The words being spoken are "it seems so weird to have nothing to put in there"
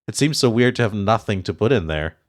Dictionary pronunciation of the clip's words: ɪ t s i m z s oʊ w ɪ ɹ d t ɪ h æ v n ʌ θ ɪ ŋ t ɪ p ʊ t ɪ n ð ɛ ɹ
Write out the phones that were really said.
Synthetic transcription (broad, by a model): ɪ t s i m z s oʊ w ɪ ɹ d t ɪ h v n ʌ θ ɪ ŋ t ɪ p ʊ t ɪ n ð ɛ ɹ